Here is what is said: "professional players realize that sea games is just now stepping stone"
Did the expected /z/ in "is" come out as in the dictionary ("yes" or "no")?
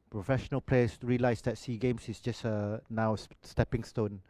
no